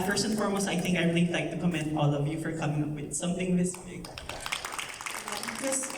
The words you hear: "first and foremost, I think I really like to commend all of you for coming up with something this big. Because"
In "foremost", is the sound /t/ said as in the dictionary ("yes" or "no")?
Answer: no